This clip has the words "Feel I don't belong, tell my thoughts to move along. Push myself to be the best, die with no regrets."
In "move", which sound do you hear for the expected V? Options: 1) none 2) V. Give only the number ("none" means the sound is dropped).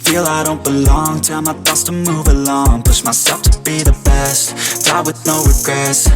2